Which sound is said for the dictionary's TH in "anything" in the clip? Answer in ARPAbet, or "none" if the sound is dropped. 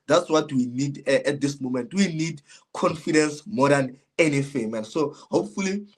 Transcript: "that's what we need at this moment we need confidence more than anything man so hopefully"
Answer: F